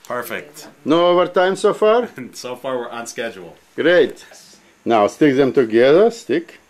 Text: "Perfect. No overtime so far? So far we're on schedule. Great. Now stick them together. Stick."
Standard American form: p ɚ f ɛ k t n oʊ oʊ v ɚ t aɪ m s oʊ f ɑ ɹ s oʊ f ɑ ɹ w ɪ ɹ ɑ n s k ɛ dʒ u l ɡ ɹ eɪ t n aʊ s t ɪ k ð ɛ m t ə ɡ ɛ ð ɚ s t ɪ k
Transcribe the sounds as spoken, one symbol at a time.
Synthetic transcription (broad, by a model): p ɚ f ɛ k t n oʊ oʊ v ɚ t aɪ m s oʊ f ɑ ɹ s oʊ f ɑ ɹ w ɪ ɹ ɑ n s k ɛ dʒ u l ɡ ɹ eɪ t n aʊ s t ɪ k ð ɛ m t ə ɡ ɛ ð ɚ s t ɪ k